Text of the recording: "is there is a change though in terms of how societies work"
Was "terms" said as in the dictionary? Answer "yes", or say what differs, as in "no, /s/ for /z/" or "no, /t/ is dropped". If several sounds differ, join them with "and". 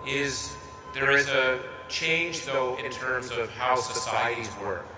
yes